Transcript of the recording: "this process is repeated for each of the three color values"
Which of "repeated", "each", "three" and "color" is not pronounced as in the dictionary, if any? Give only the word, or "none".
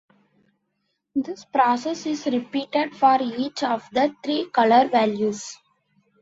three